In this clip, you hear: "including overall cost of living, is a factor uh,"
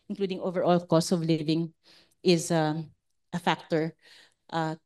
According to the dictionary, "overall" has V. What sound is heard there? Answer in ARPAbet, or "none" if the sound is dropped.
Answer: V